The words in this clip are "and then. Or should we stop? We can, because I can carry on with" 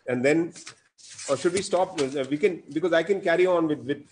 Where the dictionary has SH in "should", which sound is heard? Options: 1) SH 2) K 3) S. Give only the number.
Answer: 1